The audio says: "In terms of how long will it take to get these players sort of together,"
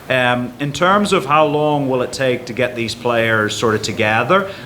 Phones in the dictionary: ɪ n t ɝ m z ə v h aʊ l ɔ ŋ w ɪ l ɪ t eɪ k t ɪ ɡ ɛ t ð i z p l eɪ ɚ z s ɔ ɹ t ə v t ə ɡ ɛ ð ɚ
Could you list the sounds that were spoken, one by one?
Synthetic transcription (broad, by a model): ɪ n t ɝ m z ə v h aʊ l ɔ ŋ w ɪ l ɪ t eɪ k t ɪ ɡ ɛ t ð i z p l eɪ ɚ z s ɔ ɹ t ə v t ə ɡ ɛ ð ɚ